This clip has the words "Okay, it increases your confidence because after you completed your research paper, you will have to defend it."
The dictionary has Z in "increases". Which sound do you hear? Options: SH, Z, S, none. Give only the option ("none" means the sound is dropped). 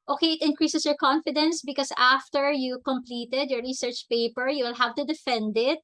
S